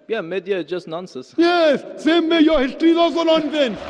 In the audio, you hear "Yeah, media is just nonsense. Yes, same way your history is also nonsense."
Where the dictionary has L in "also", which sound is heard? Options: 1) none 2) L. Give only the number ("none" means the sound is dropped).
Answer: 1